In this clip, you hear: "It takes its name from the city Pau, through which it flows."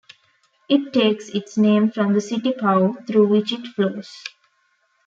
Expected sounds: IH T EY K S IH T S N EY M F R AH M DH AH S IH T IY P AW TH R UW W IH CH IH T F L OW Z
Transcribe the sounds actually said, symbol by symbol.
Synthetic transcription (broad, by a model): IH T EY K S IH T S N EY M F R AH M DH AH S IH T IY P AW T R UW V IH CH IH T F L OW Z